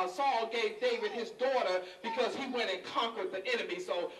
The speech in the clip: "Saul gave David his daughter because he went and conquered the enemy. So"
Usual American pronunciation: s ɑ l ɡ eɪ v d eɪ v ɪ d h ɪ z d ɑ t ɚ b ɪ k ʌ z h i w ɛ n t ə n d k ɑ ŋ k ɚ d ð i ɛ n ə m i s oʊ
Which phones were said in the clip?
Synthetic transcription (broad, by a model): s ɑ l ɡ eɪ v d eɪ w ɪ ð ɪ z d ɑ t ɚ b ɪ k ʌ z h i w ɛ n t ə n k ɑ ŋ k ɚ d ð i ɛ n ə m i s oʊ